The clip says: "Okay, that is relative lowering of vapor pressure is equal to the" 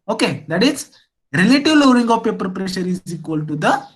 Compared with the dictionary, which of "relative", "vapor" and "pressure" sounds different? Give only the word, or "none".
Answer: vapor